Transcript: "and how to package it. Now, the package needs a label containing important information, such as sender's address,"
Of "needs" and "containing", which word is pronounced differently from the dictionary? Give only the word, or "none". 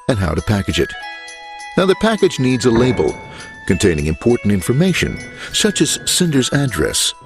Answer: none